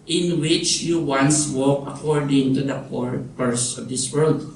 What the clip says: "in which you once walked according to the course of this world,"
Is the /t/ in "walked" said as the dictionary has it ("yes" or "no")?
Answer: no